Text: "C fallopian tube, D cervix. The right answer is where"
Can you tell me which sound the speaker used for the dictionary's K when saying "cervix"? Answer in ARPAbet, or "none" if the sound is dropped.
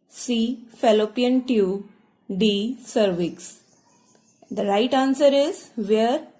K